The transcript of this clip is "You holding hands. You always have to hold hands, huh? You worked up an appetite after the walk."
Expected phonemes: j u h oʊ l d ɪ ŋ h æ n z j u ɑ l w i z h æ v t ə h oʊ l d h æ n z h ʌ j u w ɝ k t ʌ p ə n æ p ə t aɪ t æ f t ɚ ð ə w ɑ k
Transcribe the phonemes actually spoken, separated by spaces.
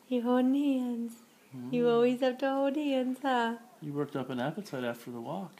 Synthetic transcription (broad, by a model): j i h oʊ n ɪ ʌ n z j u ɑ l w i z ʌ p t ə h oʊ d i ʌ n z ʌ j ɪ w ɝ k t ʌ p ə n æ p ə t aɪ t æ f t ɚ ð ə w ɑ k